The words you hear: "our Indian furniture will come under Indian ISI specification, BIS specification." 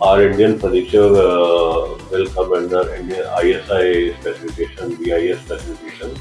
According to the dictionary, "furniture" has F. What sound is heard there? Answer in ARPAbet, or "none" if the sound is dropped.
P